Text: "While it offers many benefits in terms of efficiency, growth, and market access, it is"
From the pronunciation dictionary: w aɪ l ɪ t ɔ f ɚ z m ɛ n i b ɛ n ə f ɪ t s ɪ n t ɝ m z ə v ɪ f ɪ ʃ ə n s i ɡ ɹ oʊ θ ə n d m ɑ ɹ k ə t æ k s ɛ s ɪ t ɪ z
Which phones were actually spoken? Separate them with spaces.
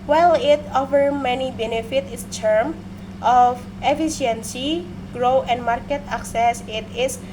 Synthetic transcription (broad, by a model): w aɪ l ɪ t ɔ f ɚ m ɛ n i b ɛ n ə f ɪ t ɪ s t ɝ m ə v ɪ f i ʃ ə n s i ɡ ɹ oʊ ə n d m ɑ ɹ k ə t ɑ k s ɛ s ɪ t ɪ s